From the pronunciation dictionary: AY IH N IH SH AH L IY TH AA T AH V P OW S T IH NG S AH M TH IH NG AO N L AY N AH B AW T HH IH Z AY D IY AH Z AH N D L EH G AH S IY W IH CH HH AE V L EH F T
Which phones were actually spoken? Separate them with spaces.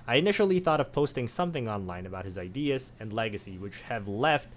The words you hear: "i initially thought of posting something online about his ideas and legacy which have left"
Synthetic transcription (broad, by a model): AY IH N IH SH L IY TH AA T AH V P OW S T IH NG S AH M TH IH NG AO N L AY N AH B AW T HH IH Z AY D IY AH Z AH N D L EH G AH S IY W IH CH HH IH V L EH F T